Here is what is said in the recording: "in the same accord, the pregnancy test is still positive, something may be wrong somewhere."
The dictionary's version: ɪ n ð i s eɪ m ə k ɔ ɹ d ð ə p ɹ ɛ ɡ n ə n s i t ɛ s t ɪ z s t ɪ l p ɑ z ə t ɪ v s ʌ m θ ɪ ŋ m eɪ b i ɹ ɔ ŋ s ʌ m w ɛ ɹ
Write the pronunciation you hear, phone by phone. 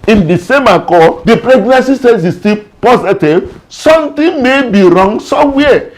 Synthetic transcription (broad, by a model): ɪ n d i s eɪ m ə k ɔ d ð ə p ɹ ɛ ɡ n ə n s i s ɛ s ɪ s t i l p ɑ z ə t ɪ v s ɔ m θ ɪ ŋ m eɪ b i ɹ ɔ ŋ s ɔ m w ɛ